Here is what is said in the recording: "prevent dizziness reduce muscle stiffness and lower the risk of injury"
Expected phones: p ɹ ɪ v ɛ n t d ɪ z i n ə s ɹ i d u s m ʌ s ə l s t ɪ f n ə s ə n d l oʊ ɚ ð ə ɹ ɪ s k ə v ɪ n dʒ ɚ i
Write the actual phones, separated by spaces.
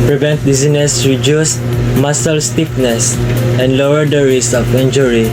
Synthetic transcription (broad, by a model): p ɹ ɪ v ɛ n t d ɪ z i n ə s ɹ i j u s m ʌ s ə l s t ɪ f n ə s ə n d l oʊ ɚ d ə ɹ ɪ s ə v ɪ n dʒ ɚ i